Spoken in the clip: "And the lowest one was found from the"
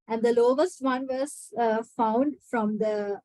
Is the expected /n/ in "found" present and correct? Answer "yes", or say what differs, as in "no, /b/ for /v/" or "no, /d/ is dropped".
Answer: yes